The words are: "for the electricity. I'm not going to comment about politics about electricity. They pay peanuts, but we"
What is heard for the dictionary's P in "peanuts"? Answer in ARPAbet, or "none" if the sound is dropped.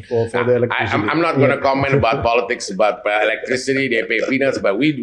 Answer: F